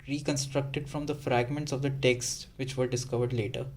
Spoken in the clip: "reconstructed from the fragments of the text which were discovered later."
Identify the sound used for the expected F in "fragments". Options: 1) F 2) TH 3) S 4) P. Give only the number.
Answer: 1